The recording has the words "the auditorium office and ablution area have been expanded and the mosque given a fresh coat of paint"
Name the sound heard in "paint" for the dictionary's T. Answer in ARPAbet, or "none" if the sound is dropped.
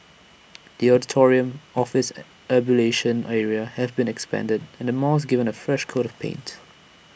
T